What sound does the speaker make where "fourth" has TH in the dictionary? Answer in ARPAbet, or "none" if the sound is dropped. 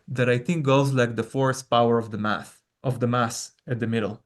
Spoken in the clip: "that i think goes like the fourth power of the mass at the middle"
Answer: S